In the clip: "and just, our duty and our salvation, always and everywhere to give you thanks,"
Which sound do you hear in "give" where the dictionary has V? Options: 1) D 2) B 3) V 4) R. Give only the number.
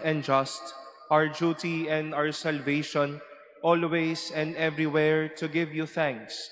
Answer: 3